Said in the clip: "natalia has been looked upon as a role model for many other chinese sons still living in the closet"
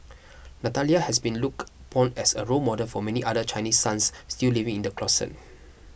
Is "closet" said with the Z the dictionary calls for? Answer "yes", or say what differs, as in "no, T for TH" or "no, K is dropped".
no, S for Z